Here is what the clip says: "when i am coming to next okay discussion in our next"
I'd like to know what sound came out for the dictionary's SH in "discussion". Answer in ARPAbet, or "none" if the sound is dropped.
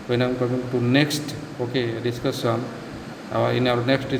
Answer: S